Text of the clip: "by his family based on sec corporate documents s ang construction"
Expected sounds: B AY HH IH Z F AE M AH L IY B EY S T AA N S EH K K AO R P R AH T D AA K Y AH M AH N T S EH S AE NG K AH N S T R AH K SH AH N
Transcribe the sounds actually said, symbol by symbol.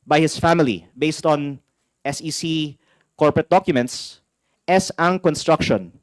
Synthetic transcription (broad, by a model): B AY HH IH S F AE M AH L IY B EY S T AA N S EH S K AO R P R AH T D AA K Y AH M AH N T S EH S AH NG K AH N S T R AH K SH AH N